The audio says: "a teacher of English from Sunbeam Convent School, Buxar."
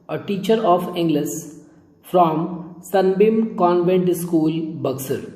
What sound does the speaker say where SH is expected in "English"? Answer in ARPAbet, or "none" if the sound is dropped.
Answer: S